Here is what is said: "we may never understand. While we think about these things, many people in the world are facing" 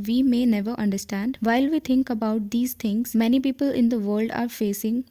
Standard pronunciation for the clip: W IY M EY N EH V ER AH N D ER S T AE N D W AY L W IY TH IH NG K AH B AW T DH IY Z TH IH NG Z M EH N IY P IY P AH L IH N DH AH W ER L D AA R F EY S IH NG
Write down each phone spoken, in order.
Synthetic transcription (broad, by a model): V IY M EY N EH V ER AH N D ER S T AE N D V AY L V IY T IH NG K AH B AW T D IY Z T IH NG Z M EH N IY P IY P AH L IH N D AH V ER L D AA R F EY S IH NG